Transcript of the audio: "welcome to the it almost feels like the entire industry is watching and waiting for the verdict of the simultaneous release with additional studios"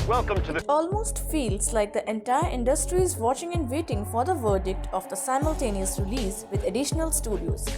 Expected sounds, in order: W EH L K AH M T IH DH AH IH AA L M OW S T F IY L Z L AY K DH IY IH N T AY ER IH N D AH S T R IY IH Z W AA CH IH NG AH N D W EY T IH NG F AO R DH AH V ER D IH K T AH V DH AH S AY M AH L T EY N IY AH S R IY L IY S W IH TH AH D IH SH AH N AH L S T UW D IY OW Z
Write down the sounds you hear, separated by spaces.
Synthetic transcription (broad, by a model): W EH L K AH M T IH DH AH IH AA L M OW S T F IY L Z L AY K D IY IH N T AY ER IH N D AH S T R IY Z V AA CH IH NG AH N D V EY T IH NG F AO R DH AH V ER D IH K T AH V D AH S AY M AH L T EY N IY AH S R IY L IY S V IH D AH D IH SH AH N AH L S T UW D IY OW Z